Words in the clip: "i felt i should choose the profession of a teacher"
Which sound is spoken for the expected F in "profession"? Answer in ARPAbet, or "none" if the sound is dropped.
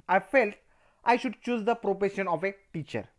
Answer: P